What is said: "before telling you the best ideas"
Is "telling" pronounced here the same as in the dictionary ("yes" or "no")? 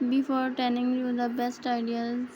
no